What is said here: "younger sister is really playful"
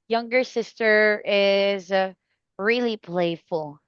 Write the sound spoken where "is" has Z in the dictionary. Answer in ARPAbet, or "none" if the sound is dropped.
Z